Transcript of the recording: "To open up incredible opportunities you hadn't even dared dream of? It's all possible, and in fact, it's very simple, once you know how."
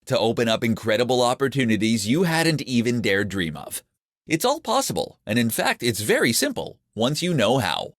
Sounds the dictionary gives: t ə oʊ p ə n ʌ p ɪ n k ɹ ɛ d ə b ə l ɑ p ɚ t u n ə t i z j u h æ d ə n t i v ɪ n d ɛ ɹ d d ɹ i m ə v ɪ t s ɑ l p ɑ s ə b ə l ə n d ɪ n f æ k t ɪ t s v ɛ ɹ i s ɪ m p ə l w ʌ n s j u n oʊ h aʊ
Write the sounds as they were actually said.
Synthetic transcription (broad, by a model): t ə oʊ p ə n ʌ p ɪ n k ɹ ɛ d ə b l ɑ p ɚ t u n ə t i z j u h æ d n t i v ɪ n d ɛ ɹ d d ɹ i m ə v ɪ t s ɑ l p ɑ s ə b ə l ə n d ɪ n f æ k t ɪ t s v ɛ ɹ i s ɪ m p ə l w ʌ n s j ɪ n oʊ h aʊ